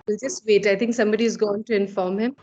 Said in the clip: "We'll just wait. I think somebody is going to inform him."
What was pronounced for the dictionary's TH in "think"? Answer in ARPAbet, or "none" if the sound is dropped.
T